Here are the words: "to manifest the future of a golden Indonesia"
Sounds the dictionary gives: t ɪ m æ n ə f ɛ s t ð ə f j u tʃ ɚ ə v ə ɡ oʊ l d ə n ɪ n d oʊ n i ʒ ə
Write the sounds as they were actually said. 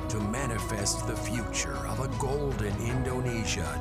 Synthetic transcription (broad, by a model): t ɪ m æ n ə f ɛ s t ð ə f j u tʃ ɚ ə v ə ɡ oʊ l d ə n ɪ n d oʊ n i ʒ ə